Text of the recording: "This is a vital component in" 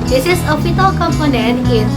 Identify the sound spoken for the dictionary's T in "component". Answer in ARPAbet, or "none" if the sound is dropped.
none